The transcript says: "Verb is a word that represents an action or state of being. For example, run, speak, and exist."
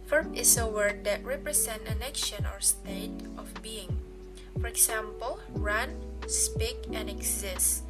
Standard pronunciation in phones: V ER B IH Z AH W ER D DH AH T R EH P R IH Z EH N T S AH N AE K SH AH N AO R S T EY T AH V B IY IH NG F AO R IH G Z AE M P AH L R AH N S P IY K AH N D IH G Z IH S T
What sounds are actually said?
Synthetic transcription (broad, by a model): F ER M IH S AH W ER D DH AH T R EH P R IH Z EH N T AH N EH K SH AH N AO R S T EY T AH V B IY IH NG F AO R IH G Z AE M P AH L R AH N S P IY K AH N D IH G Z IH S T